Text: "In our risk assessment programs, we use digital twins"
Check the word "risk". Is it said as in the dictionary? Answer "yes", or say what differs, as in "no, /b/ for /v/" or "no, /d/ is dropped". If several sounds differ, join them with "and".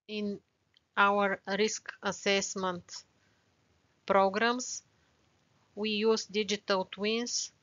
yes